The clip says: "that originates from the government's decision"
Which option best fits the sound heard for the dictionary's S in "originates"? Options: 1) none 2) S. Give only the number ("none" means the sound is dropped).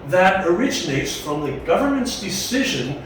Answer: 2